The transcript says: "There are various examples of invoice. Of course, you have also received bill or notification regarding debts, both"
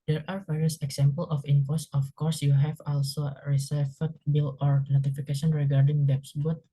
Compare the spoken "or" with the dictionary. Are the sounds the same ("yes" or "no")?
yes